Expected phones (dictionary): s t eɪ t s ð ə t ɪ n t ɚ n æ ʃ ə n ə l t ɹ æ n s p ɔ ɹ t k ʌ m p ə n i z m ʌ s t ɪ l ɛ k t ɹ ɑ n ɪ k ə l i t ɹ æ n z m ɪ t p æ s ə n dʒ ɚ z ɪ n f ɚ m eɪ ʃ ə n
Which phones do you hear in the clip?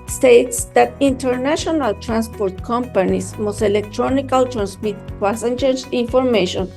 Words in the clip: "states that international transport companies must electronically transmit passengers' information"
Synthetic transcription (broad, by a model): s t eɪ t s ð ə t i n t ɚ n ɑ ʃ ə n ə l t ɹ æ n s p ɔ ɹ t k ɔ m p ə n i s m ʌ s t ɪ l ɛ k t ɹ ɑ n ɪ k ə l t ɹ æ n s m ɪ t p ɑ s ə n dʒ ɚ s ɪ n f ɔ m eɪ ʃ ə n